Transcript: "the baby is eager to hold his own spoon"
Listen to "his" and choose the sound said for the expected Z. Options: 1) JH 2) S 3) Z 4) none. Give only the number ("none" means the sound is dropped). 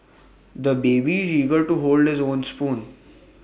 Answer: 3